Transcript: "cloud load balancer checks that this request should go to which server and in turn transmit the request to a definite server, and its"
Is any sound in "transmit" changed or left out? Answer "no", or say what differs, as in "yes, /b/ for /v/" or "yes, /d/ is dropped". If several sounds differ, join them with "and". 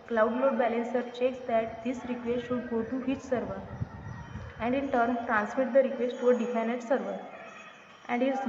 yes, /s/ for /z/